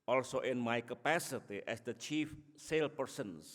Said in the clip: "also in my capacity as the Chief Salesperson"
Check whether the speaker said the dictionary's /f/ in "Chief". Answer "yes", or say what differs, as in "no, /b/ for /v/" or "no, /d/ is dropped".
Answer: yes